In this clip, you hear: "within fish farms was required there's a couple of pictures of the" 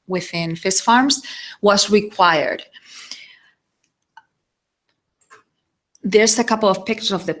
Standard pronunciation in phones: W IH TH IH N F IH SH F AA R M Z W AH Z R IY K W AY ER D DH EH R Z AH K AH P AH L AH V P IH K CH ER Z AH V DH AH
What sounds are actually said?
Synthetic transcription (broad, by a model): W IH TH IH N F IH S F AA R M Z W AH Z R IY K W AY ER D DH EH R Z AH K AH P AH L AH V P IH K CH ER AH V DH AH